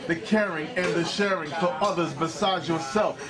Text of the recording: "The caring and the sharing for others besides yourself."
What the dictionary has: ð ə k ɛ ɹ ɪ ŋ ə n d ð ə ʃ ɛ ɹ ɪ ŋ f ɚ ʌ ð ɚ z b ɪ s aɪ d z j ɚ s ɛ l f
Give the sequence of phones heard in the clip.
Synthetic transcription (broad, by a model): ð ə k ɛ ɹ ɪ ŋ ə n ð ə ʃ ɛ ɹ ɪ ŋ f ɚ ʌ ð ɚ z b ɪ s aɪ d z j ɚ s ɛ l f